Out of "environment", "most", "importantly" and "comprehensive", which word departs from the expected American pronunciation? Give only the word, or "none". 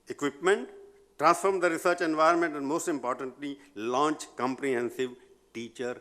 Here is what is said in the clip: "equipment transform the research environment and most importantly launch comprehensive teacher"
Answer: none